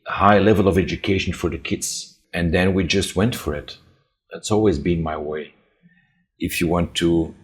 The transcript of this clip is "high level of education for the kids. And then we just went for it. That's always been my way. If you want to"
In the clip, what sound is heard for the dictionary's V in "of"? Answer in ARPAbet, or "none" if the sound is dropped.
V